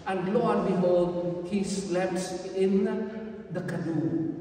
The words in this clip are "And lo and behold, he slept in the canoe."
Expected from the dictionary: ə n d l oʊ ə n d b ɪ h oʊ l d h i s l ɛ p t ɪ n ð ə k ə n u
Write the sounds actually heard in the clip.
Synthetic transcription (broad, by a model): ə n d l oʊ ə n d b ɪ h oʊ d h i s l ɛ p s ɪ n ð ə k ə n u